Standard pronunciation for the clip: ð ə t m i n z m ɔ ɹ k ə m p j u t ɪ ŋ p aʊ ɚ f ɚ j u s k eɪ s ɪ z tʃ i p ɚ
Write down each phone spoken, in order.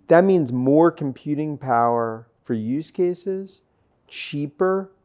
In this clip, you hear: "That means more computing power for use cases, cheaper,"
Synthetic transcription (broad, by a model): ð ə t m i n z m ɔ ɹ k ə m p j u t ɪ ŋ p aʊ ɚ f ɚ j u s k eɪ s ɪ z tʃ i p ɚ